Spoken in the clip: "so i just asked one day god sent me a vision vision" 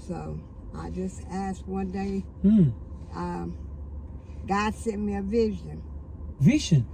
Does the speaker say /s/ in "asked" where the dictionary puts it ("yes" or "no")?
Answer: yes